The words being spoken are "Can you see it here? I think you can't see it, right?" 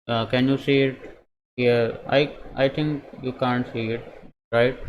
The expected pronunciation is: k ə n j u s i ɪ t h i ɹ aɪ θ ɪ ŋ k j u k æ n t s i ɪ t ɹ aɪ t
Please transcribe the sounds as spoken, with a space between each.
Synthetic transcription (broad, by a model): k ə n j u s i ɪ t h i ɹ aɪ t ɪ ŋ k j u k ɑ n t s i ɪ t ɹ aɪ t